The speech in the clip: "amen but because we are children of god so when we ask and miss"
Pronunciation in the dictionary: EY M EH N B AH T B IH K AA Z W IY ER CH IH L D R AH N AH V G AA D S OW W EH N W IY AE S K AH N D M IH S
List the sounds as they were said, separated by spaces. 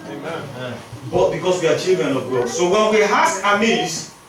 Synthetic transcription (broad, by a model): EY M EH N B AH T B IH K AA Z W IY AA CH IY L D R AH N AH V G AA S OW W EH N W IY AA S AH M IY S